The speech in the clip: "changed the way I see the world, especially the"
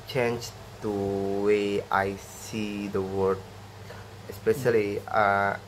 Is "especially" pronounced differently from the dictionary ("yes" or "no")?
yes